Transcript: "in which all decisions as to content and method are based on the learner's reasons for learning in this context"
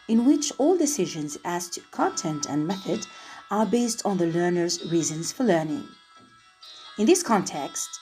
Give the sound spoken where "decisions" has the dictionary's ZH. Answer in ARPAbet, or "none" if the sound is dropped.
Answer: ZH